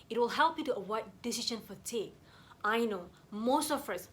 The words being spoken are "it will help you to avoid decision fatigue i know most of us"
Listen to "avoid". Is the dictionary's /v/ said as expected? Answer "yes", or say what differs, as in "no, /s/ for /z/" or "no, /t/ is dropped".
no, /w/ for /v/